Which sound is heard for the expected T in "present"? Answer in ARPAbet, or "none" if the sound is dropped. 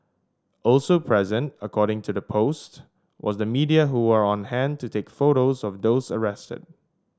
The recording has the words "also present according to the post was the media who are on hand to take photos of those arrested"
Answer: T